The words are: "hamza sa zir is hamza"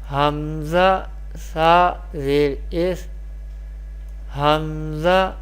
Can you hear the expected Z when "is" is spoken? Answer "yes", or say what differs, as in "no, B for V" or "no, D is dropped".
no, S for Z